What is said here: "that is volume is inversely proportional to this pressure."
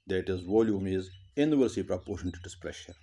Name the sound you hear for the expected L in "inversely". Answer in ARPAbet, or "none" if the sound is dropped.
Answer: none